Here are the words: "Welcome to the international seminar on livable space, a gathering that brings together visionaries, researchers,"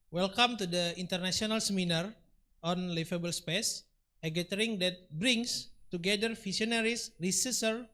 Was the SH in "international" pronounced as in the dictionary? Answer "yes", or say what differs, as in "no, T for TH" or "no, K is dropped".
no, S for SH